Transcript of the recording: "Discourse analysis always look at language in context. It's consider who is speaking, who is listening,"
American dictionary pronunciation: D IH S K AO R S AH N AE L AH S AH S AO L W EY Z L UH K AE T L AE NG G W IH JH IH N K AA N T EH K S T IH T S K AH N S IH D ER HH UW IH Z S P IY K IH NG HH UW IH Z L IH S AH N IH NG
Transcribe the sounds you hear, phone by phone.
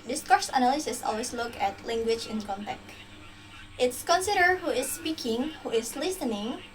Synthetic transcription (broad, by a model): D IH S K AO R S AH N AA L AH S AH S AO L W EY S L UH K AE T L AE NG G W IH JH IH N K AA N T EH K T IH T S K AH N S IH D ER HH UW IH S P IY K IH NG HH UW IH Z L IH S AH N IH NG